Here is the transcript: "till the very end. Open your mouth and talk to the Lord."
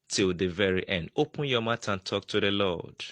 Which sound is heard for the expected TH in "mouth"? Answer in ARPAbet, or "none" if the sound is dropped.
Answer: T